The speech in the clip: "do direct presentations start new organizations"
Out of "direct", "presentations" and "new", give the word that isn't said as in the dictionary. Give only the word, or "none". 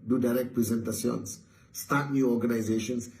presentations